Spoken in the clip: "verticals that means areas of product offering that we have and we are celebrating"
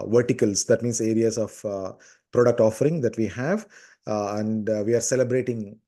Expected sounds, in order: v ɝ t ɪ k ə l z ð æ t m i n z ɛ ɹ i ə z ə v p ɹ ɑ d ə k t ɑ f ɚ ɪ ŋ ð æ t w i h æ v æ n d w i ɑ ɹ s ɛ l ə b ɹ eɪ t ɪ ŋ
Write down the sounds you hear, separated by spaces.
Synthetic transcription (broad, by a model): v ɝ t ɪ k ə l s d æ t m i n s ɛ ɹ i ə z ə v p ɹ ɑ d ə k t ɑ f ɚ ɪ ŋ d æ t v i h æ v æ n d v i ɑ ɹ s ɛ l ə b ɹ eɪ t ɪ ŋ